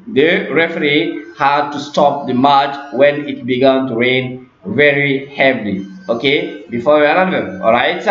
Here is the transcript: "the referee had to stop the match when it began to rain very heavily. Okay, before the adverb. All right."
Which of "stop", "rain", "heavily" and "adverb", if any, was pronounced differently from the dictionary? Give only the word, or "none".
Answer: adverb